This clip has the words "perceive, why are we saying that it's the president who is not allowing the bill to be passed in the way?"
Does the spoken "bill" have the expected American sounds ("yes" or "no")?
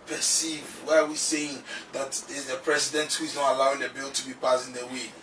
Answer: yes